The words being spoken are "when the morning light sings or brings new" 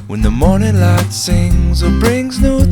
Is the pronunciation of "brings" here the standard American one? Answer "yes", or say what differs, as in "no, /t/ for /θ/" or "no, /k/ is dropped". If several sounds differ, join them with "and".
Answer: yes